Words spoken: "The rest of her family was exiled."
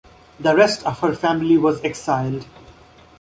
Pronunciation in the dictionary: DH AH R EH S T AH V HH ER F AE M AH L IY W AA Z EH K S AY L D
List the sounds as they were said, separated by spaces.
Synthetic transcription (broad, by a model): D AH R EH S T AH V HH ER F AE M AH L IY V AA Z EH K S AY L D